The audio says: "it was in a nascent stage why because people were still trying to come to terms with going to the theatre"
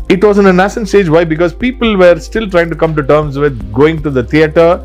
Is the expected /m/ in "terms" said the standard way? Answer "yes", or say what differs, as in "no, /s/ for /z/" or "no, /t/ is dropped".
yes